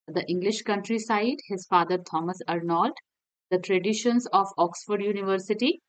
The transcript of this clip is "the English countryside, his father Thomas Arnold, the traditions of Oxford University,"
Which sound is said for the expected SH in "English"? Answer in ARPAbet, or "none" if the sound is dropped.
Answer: SH